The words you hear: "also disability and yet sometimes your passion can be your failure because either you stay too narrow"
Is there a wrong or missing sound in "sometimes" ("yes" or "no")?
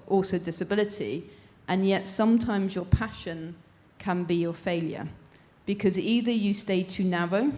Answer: no